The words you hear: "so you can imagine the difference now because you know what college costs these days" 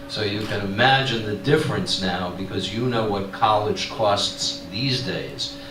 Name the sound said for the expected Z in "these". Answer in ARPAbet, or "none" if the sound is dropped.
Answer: Z